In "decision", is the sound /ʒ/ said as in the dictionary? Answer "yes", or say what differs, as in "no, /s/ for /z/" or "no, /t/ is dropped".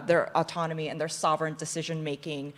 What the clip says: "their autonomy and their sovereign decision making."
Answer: yes